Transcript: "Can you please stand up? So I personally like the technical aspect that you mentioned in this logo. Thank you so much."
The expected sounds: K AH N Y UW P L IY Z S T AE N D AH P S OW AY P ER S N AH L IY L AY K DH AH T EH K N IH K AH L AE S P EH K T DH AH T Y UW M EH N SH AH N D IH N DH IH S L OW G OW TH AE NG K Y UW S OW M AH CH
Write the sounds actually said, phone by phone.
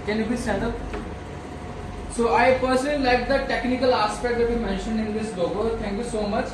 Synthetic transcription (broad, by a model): K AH N Y UW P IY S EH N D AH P S OW AY P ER S AH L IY L AY K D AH T EH K N IH K AH L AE S P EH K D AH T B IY M EH N SH AH N D IH N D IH S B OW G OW T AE NG K Y UW S OW M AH CH